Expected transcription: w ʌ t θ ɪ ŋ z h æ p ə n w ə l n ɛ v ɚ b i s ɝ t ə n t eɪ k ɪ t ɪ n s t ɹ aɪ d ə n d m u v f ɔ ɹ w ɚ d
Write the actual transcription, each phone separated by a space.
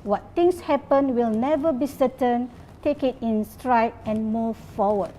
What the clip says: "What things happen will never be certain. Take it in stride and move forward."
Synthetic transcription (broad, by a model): w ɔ t t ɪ ŋ s h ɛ p ə n w ə l n ɛ v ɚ b i s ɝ t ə n t eɪ k ɪ t ɪ n s t ɹ aɪ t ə n m u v f ɔ w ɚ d